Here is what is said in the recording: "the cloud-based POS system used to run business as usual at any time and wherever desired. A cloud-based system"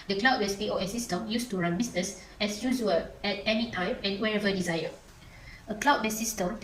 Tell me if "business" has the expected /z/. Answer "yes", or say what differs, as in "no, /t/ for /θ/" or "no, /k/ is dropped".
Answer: no, /s/ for /z/